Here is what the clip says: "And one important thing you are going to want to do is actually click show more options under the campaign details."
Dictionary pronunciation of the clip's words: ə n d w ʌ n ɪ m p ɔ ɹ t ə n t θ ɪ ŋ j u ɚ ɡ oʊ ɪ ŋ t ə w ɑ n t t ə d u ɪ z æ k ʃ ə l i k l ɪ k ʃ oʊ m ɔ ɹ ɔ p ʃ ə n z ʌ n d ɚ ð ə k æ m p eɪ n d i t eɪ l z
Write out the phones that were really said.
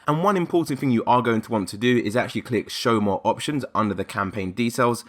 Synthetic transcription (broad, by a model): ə n w ʌ n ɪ m p ɔ t n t θ ɪ ŋ j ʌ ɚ ɡ oʊ ɪ ŋ t ə w ɑ n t t ə d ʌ ɪ z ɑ k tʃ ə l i k l ɪ k ʃ oʊ m ɔ ɹ ɔ p ʃ ə n z ʌ n d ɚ ð ə k æ m p eɪ n d i t eɪ l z